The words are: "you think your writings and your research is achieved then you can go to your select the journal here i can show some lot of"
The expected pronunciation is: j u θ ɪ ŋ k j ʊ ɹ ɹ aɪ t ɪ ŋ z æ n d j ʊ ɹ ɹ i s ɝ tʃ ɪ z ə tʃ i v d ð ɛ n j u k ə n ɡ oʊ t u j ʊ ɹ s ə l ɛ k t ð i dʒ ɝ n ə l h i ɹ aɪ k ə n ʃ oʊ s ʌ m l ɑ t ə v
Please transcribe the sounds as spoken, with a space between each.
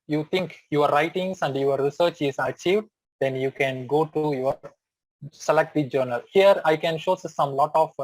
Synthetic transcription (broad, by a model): j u t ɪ ŋ k j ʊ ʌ ɹ aɪ t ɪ ŋ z æ n d j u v ɹ i s ɝ tʃ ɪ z ə tʃ i v d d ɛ n j u k ə n ɡ oʊ t u j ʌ ɹ s ə l ɛ k t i dʒ ɝ n ə l h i ɹ aɪ k ə n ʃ oʊ s ʌ m l ɑ t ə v